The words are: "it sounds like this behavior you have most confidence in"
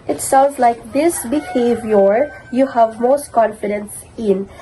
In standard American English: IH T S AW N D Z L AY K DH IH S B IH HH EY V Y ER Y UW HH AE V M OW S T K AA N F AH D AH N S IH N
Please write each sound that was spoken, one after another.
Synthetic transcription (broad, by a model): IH T S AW N D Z L AY K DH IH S B IH HH EY V Y ER Y UW HH AE V M OW S T K AA N F AH D AH N S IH N